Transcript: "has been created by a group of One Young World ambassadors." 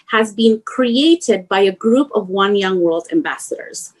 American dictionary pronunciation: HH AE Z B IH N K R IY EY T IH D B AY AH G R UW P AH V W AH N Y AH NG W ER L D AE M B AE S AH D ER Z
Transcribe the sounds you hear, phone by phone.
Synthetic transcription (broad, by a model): HH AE Z B IH N K R IY EY T IH D B AY AH G R UW P AH V W AH N Y AH NG W ER L D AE M B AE S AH D ER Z